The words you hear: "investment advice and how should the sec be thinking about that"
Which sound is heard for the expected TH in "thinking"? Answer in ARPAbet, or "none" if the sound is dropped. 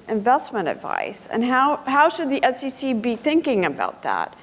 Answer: TH